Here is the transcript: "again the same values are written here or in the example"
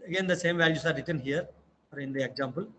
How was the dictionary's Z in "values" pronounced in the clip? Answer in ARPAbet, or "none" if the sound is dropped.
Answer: S